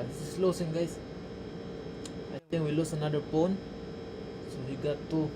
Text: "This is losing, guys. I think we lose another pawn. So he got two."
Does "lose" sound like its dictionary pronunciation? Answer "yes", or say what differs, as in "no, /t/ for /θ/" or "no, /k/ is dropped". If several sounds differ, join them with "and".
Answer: no, /s/ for /z/